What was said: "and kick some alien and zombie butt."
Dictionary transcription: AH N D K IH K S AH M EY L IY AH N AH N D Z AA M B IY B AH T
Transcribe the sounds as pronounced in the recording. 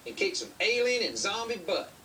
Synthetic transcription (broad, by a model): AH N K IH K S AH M EY L IY AH N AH N Z AA M B IY B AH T